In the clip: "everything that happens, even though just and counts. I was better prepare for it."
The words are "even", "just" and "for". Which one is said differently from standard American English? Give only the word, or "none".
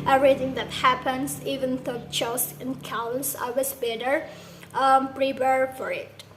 just